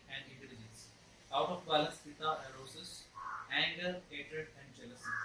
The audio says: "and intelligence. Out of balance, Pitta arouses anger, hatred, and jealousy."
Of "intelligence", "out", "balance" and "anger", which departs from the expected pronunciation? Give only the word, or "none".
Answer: balance